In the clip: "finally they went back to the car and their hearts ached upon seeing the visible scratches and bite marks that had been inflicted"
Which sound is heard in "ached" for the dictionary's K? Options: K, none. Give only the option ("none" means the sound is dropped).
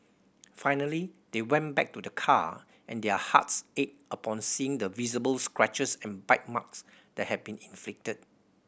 none